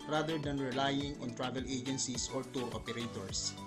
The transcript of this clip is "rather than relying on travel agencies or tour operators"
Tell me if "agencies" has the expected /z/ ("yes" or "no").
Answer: no